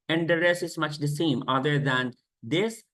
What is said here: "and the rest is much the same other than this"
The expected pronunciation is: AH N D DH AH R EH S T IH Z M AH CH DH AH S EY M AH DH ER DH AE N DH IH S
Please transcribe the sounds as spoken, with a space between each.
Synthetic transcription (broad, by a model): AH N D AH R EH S IH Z M AH CH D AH S EY M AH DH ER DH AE N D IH S